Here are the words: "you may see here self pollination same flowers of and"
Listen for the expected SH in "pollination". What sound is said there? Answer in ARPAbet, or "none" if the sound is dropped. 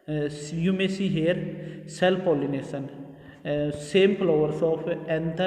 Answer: S